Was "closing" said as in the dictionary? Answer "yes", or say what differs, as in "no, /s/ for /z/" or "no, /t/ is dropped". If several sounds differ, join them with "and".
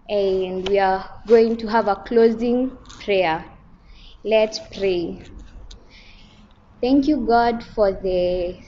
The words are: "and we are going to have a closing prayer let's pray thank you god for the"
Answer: yes